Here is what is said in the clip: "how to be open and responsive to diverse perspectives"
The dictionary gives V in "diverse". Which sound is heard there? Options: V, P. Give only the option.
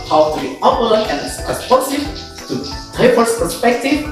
P